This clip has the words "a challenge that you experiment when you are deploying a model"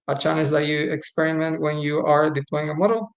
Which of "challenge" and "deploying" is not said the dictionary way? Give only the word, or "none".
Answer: challenge